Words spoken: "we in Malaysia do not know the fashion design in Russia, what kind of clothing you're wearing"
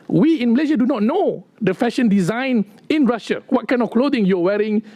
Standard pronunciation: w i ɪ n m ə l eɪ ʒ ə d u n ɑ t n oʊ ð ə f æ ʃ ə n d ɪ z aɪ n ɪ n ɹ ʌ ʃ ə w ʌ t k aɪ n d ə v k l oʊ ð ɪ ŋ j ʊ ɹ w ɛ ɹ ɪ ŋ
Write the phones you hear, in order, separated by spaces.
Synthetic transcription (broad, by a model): w i ɪ n m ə l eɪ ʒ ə d u n ɑ t n oʊ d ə f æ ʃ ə n d ɪ z aɪ n ɪ n ɹ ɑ ʃ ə w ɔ t k aɪ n ə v k l oʊ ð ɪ ŋ j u w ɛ ɹ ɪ ŋ